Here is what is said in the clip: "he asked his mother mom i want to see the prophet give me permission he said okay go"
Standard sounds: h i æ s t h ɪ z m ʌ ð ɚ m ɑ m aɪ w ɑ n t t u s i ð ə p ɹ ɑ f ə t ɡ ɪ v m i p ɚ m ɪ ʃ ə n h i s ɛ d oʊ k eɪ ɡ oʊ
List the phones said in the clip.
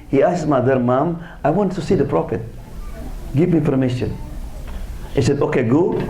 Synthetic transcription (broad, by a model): h i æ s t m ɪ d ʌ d m ɑ m aɪ w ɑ n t t u s i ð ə p ɹ ɑ f ə t ɡ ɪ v m i p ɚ m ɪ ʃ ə n h i s ɛ d oʊ k eɪ ɡ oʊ